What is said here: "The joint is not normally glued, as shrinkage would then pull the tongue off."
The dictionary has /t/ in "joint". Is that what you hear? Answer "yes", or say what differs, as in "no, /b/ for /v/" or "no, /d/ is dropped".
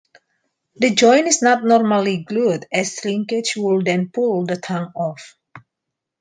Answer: no, /t/ is dropped